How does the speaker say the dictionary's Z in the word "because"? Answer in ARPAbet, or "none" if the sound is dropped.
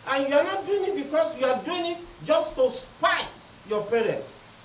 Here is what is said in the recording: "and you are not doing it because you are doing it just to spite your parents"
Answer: S